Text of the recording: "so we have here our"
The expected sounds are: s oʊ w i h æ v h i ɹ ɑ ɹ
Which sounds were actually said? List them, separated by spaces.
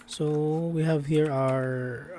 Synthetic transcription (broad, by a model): s oʊ w i h æ v h i ɹ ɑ ɹ